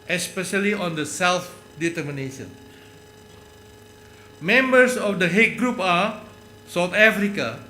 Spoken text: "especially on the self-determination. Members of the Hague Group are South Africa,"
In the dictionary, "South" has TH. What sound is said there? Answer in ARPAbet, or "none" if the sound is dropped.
T